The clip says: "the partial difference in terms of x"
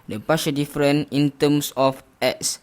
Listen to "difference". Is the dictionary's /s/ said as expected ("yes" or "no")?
no